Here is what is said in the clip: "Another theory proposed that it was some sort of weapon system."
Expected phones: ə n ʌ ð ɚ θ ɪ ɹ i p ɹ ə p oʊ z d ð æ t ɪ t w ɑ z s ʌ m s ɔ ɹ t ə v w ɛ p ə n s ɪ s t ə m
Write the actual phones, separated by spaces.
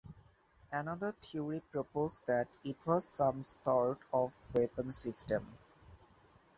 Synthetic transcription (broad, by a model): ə n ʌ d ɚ t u ɹ i p ɹ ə p oʊ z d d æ t ɪ t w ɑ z s ʌ m s ɔ ɹ t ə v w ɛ p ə n s ɪ s t ə m